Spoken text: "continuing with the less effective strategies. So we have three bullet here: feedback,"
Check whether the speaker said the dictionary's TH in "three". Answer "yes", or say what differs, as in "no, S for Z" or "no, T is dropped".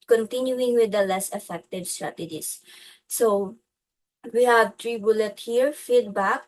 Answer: no, T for TH